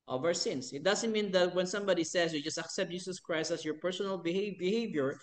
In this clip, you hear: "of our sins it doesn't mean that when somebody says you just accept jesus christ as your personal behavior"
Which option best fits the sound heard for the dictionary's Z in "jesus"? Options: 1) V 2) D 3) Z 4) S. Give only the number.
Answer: 4